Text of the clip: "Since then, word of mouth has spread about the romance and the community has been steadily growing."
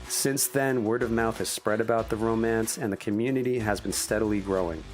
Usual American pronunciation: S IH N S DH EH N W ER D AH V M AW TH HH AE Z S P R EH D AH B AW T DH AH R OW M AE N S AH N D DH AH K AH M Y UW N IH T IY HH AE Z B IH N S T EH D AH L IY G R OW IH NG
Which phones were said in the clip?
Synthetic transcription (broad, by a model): S IH N S DH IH N W ER D AH V M AW TH HH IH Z S P R EH D AH B AW T DH AH R OW M AE N S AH N DH AH K AH M Y UW N IH T IY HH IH Z B IH N S T EH D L IY G R OW IH NG